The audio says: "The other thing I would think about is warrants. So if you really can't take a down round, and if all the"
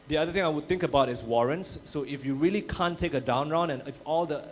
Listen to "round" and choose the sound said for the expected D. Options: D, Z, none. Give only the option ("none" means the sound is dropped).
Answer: none